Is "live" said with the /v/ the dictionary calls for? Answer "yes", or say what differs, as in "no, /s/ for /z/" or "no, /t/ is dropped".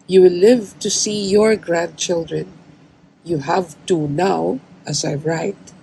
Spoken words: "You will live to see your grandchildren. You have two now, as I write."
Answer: yes